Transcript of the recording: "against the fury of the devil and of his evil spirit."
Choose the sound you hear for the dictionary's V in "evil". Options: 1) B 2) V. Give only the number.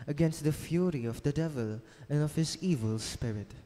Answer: 2